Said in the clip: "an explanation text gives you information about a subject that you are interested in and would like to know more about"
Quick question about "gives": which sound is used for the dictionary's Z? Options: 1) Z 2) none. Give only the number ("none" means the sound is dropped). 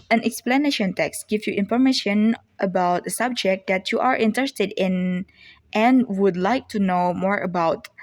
2